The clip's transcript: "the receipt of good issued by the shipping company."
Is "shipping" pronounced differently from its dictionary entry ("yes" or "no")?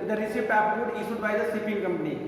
yes